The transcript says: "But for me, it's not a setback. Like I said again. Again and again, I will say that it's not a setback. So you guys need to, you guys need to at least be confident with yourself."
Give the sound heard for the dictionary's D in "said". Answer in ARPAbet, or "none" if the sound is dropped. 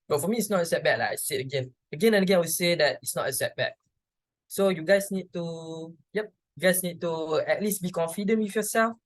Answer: none